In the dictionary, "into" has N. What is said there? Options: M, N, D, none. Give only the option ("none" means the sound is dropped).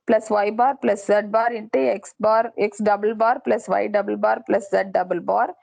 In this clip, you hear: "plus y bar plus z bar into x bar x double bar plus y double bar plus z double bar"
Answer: N